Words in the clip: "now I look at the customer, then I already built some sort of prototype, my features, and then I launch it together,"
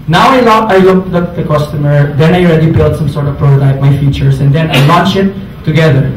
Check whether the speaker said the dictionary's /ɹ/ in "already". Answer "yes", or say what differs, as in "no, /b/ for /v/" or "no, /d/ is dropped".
yes